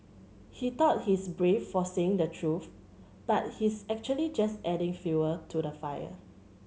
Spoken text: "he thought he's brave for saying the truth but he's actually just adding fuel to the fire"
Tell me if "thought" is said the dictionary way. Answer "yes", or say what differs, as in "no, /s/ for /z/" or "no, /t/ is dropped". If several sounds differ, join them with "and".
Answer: no, /t/ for /θ/